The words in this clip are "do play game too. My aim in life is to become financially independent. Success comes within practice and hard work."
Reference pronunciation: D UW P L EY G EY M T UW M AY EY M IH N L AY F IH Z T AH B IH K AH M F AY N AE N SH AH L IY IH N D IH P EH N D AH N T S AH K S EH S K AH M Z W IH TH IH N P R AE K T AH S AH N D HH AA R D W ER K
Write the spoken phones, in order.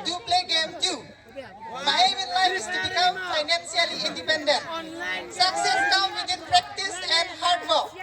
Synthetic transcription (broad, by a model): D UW P L EY G EY M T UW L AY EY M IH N L AY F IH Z T AH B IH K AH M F AY N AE N S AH L IY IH N D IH P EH N D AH N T S AH K S EH S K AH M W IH T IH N P R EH K T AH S AH N D HH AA R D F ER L